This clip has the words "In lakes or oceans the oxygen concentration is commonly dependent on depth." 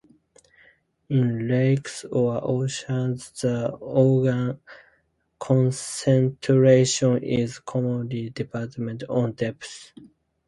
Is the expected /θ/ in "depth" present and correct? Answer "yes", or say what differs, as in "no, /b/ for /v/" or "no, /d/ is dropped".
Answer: no, /s/ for /θ/